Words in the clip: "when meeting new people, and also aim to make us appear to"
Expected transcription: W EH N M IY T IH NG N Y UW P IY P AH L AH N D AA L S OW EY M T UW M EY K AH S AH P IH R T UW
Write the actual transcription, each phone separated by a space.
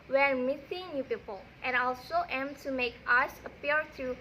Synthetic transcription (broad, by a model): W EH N M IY S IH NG N Y UW P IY P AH L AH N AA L S OW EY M T UW M EY K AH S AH P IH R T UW